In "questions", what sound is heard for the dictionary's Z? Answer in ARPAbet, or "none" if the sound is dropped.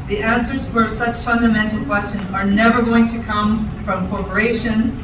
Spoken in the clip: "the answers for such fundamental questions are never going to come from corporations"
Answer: Z